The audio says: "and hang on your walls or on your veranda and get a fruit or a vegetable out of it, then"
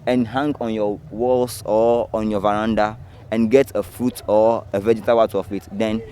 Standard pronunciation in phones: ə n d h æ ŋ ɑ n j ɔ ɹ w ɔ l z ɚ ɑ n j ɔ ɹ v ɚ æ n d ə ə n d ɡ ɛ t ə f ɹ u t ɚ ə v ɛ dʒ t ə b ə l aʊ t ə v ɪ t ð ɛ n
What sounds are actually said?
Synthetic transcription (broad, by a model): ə n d h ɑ ŋ ɑ n j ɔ w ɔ l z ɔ ɑ n j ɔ v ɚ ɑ n d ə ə n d ɡ ɛ t ə f ɹ u t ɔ ə v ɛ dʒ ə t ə w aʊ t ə f ɪ t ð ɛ n